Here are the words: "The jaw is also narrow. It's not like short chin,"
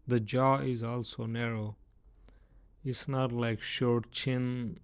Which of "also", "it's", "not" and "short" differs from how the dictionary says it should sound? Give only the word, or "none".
none